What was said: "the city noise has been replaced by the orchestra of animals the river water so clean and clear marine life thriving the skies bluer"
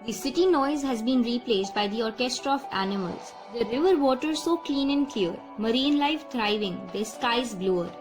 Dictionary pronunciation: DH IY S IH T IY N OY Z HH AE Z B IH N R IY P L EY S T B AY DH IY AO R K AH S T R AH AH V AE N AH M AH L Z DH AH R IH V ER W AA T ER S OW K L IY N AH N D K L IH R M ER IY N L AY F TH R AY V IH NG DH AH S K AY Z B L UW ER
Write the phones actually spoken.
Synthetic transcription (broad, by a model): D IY S IH T IY N OY Z HH AE Z B IH N R IY P L EY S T B AY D IY AO R K AH S T R AH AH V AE N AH M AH L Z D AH R IH V ER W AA T ER S OW K L IY N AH N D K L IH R M ER IY N L AY F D R AY V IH NG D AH S K AY Z B L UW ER